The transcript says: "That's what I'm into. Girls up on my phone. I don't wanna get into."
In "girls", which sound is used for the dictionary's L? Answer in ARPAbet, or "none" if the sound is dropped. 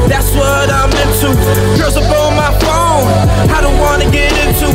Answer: none